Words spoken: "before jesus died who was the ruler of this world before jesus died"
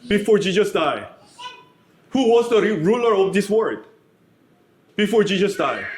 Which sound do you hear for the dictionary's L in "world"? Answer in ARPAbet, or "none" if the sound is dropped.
none